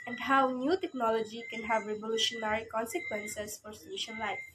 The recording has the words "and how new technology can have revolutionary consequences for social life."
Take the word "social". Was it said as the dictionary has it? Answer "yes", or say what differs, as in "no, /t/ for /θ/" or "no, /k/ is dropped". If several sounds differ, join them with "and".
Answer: no, /n/ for /l/